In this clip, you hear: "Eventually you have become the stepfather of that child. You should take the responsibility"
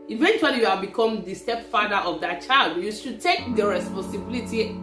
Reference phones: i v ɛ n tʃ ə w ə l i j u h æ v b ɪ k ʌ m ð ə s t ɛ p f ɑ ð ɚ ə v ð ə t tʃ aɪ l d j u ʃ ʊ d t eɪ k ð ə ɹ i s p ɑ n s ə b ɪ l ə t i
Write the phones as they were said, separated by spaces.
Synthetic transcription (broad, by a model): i v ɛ n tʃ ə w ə l i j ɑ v b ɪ k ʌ m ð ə s t ɛ p f ɑ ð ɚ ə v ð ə t tʃ aɪ l d j u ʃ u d t eɪ k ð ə ɹ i s p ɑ n s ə b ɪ l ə t i